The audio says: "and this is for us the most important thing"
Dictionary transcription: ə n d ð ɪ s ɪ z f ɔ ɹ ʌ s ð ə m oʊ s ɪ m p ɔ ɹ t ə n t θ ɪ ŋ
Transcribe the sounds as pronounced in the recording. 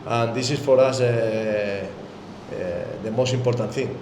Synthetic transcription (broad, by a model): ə n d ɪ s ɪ s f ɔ ɹ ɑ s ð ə m oʊ s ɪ m p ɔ ɹ t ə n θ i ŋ